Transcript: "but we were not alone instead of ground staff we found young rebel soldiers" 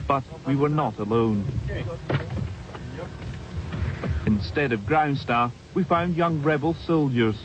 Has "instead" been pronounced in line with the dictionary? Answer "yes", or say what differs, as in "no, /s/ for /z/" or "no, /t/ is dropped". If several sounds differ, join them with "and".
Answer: yes